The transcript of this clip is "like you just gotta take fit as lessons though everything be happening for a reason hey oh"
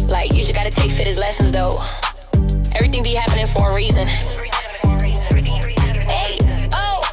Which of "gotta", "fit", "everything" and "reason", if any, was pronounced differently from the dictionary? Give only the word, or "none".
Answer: none